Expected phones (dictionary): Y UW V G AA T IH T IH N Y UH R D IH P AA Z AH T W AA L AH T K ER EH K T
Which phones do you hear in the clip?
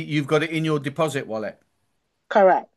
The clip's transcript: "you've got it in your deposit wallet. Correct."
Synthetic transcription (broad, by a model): Y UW V G AA T IH T IH N Y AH D IH P AA Z AH T W AA L AH T K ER EH K T